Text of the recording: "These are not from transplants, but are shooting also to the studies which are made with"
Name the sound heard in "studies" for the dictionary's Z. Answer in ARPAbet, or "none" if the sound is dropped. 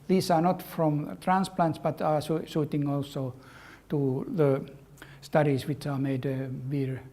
S